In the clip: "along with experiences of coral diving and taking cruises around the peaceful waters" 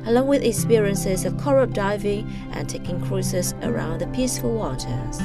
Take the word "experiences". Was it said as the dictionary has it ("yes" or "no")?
yes